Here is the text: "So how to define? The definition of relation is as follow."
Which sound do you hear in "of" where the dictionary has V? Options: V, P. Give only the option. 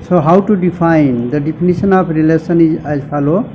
P